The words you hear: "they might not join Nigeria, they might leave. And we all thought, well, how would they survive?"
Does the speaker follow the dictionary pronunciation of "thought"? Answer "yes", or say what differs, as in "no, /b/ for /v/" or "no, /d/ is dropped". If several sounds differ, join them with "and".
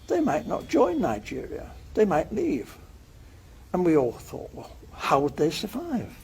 yes